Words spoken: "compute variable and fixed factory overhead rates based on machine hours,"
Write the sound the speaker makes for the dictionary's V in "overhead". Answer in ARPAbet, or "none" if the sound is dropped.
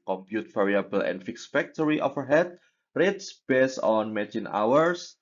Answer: F